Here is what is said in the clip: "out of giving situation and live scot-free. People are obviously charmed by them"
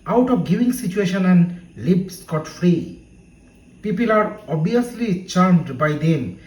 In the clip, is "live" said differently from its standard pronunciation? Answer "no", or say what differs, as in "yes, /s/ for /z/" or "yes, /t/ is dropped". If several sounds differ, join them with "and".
yes, /b/ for /v/